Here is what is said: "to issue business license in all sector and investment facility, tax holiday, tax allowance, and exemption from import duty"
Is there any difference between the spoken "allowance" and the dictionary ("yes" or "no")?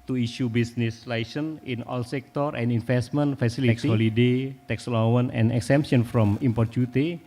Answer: yes